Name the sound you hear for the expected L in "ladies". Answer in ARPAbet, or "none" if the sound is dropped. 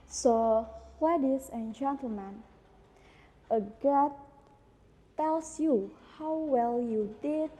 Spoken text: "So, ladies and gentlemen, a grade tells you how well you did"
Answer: W